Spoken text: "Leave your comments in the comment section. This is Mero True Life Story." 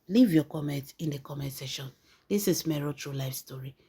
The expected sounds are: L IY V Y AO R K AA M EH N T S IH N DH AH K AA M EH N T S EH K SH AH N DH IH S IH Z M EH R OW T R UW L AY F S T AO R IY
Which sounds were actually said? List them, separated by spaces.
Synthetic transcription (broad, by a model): L IY V Y AO K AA M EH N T IH N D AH K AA M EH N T S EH SH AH N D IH S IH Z M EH R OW T R UW L AY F S T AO R IY